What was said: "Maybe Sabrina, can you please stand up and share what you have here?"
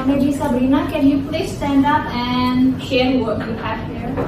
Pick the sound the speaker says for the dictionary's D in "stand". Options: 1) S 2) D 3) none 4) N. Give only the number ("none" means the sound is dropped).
2